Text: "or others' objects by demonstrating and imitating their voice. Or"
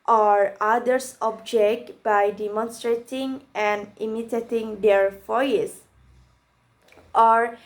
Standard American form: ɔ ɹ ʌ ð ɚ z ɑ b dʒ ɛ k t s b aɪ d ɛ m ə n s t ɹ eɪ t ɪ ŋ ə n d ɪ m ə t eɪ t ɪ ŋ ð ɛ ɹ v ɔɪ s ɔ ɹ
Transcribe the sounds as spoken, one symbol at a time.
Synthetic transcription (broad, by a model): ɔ ɹ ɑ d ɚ s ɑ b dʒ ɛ k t b aɪ d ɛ m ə n s t ɹ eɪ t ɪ ŋ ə n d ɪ m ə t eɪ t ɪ ŋ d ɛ ɹ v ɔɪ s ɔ ɹ